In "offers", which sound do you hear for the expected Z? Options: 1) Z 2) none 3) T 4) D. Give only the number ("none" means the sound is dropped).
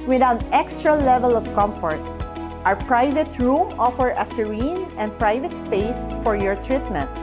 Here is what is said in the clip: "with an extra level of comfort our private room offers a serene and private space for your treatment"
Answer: 2